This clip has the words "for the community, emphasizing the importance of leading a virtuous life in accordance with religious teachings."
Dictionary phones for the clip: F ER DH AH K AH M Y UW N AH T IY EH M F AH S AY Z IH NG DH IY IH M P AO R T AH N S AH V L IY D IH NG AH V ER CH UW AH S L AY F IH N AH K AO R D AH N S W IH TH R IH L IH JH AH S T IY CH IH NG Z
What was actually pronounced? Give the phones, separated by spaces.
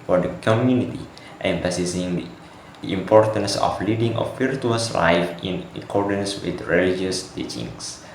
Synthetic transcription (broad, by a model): F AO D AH K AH M Y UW N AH T IY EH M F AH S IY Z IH NG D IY IH M P AO R T AH N S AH F L IY D IH NG AH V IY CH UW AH S L AY F IH N AH K AO R D AH N S W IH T R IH L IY JH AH S T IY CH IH NG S